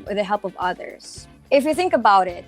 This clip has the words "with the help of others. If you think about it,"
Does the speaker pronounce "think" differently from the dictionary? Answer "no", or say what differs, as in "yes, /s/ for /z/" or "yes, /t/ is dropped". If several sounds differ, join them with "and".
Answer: no